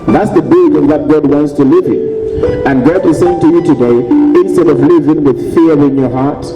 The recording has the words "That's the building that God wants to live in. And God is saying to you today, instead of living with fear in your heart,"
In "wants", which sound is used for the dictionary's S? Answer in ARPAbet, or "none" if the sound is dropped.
S